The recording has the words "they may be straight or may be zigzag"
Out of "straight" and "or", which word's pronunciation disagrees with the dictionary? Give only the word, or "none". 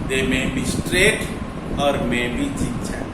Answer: none